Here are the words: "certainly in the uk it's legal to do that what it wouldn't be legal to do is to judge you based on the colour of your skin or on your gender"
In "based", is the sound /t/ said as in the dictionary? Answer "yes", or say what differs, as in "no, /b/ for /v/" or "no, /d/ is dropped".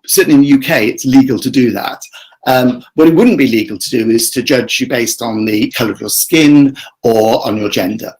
yes